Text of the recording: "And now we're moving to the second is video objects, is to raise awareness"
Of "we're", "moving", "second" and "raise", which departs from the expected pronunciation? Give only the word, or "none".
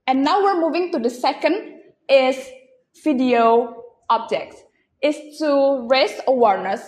raise